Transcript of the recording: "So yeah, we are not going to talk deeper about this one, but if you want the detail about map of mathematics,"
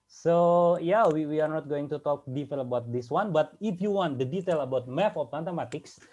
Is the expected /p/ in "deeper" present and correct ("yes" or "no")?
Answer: no